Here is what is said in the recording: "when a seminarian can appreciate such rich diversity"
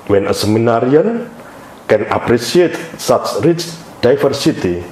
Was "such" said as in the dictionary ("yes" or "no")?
no